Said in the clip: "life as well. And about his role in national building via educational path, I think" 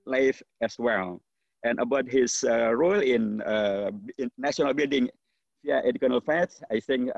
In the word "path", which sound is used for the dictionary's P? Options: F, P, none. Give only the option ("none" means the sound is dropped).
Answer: F